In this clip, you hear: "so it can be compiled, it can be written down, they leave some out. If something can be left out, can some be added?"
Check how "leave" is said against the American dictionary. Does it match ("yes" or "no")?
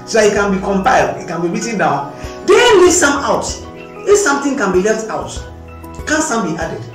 no